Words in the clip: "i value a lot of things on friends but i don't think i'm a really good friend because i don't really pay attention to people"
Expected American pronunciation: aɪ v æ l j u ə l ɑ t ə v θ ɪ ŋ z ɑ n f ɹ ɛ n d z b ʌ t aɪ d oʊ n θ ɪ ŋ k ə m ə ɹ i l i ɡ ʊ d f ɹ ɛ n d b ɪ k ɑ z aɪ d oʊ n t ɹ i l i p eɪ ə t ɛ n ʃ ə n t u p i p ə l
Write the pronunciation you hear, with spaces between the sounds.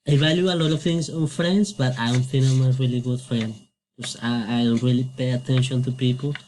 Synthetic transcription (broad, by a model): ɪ v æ l j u ə l ɑ t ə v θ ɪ ŋ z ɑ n f ɹ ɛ n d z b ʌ t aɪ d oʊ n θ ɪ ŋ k ə m ə ɹ i l i ɡ ʊ d f ɹ ɛ n d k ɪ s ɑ aɪ d oʊ n t ɹ i l i p eɪ ə t ɛ n ʃ ə n t u p i p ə l